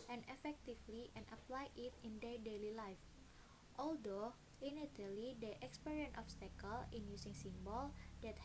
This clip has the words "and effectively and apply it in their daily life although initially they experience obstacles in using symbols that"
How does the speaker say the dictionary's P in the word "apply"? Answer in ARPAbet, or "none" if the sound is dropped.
P